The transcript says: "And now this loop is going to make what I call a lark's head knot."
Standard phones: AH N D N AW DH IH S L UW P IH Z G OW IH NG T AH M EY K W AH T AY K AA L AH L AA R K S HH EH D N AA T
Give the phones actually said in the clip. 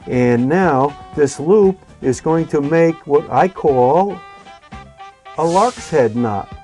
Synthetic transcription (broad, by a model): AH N N AW DH IH S L UW P IH Z G OW IH NG T AH M EY K W AH T AY K AA L AH L AA R K S HH EH D N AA T